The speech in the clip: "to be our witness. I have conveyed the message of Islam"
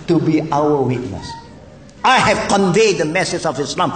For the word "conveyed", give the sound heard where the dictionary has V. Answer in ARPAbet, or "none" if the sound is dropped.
V